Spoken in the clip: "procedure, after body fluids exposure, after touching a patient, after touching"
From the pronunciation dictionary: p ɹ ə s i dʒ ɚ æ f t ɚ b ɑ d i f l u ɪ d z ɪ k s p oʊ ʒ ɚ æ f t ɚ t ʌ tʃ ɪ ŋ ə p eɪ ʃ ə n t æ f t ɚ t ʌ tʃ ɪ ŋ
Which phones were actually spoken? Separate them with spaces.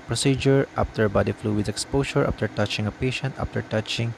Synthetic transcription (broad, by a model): p ɹ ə s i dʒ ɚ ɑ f t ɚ b ɑ d i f l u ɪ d ɪ k s p oʊ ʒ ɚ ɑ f t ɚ t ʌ tʃ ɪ ŋ ə p eɪ ʃ ə n t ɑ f t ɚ t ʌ tʃ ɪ ŋ